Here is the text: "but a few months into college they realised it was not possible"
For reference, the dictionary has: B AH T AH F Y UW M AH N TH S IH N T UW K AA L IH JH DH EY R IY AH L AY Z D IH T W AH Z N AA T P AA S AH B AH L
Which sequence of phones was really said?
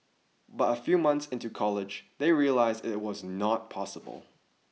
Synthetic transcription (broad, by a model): B AH T AH F Y UW M AH N TH S IH N T UW K AA L IH JH DH EY R IY AH L AY Z D IH T W AH Z N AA T P AA S AH B AH L